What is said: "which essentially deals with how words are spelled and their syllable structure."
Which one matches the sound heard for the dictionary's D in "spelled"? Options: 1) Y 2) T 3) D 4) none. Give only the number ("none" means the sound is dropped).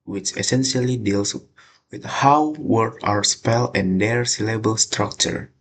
4